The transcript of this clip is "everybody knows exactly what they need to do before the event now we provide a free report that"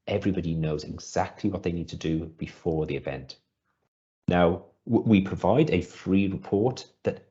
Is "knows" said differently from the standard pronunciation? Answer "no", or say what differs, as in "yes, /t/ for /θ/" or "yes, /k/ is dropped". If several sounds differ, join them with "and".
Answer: no